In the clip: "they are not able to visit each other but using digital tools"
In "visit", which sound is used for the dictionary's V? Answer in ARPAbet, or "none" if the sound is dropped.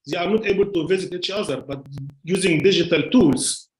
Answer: V